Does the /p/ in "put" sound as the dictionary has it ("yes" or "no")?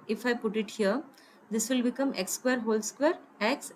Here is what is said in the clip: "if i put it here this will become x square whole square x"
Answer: yes